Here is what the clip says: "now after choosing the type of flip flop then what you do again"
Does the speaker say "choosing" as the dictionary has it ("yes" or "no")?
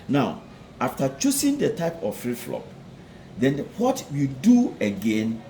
no